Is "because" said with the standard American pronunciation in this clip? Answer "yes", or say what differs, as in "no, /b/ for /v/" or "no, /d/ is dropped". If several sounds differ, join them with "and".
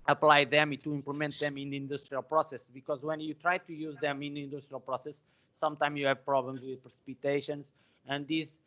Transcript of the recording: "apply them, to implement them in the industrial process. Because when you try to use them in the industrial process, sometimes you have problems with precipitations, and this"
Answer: yes